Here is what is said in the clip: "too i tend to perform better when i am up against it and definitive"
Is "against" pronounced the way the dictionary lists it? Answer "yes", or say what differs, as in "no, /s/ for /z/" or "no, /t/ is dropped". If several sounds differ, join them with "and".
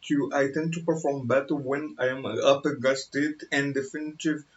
no, /n/ is dropped